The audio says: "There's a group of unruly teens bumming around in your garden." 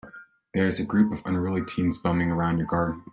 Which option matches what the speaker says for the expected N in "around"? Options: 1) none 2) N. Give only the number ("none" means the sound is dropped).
2